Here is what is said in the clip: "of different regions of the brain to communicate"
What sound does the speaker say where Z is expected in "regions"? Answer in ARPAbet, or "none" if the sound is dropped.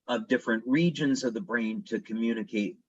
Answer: Z